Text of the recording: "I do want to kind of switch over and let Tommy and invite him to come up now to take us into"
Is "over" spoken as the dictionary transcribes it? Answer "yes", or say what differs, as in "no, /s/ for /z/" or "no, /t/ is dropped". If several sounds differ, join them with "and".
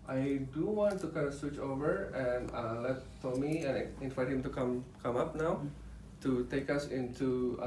yes